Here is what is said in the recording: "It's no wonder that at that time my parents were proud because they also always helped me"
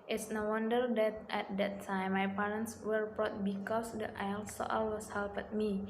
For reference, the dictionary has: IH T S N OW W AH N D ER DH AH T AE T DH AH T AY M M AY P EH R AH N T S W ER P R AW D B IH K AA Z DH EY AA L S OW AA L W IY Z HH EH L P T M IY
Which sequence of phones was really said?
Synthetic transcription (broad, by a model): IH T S N OW W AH N D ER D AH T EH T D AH T AY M M AY P EH R AH N T S W ER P R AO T B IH K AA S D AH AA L S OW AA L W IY S HH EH L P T M IY